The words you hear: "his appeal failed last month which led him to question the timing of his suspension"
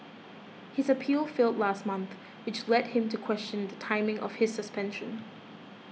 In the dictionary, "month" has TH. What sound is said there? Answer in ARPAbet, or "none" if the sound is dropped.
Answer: TH